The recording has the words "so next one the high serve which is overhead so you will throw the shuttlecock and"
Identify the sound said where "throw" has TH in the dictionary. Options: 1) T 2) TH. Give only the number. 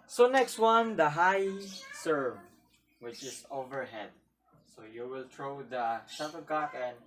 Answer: 1